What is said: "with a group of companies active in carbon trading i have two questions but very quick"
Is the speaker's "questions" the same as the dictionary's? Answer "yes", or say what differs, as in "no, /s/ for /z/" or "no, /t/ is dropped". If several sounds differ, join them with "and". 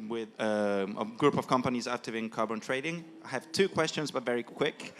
yes